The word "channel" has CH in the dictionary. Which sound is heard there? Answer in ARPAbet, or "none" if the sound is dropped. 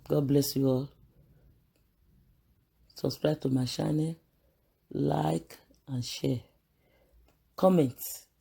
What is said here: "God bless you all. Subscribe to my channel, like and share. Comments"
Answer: SH